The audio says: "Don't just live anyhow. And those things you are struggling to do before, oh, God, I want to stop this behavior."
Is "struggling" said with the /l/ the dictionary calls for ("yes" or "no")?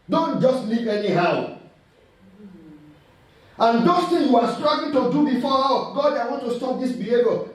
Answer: no